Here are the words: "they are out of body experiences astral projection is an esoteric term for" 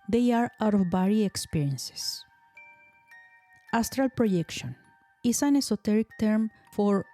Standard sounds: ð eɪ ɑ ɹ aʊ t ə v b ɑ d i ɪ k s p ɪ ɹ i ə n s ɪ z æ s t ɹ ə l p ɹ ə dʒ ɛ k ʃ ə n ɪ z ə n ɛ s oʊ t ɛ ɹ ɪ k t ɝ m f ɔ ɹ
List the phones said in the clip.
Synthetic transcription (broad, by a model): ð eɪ ɑ ɹ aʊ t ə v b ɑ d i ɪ k s p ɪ ɹ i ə n s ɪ s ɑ s t ɹ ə l p ɹ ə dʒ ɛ k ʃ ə n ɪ s ə n ɛ s oʊ t ɛ ɹ ɪ k t ɝ m f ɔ ɹ